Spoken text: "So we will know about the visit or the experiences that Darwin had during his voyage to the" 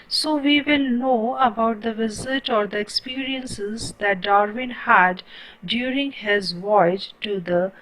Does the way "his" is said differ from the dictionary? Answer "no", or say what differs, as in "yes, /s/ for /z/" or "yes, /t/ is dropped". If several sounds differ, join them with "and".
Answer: no